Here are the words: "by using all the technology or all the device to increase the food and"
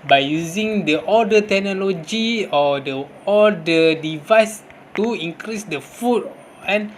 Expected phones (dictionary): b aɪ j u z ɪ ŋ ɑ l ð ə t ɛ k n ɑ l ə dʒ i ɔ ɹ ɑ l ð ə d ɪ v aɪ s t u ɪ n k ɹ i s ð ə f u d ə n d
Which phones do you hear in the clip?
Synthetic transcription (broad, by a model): b aɪ j u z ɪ ŋ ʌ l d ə t ɛ k n ɑ l ə dʒ i ɔ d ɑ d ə d ɪ v aɪ s t u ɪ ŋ k ɹ i s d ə f u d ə n